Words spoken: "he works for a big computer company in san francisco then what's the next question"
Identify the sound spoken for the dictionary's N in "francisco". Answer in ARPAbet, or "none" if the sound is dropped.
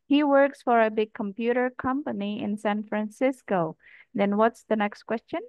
N